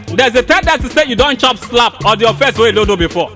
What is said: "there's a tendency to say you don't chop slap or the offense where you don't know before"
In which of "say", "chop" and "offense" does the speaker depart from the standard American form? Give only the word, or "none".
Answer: offense